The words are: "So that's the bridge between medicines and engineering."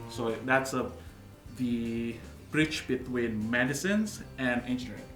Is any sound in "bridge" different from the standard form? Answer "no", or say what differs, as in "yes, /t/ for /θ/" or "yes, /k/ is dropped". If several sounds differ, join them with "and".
yes, /tʃ/ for /dʒ/